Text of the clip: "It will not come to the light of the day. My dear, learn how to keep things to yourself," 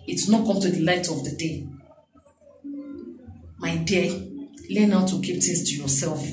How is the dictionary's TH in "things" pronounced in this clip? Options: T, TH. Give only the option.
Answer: T